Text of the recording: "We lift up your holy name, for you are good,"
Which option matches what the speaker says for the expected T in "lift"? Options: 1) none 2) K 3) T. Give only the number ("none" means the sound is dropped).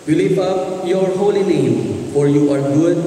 1